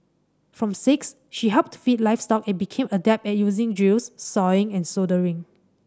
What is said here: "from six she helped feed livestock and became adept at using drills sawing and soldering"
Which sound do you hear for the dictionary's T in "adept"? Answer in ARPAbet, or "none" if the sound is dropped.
none